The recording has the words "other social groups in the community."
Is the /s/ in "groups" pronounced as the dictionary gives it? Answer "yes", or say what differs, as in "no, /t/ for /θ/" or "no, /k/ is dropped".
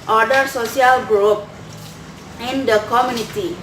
no, /s/ is dropped